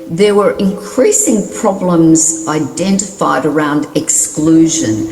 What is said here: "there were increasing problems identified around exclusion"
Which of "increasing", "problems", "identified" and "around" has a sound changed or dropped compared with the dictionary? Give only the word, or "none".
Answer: none